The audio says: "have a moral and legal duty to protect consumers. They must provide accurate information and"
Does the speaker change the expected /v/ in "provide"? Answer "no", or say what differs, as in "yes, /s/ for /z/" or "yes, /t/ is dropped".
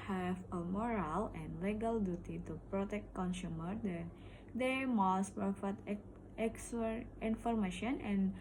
yes, /f/ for /v/